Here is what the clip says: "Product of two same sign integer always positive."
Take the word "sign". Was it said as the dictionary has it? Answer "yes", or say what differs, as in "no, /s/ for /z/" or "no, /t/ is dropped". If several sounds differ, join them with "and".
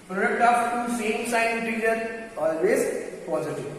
no, /n/ is dropped